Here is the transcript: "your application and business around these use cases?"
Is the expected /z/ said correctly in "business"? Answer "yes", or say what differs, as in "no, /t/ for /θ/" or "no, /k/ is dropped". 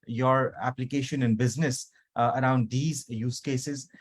yes